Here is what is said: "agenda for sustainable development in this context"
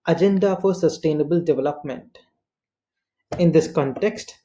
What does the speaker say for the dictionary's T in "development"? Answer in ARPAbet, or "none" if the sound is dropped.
T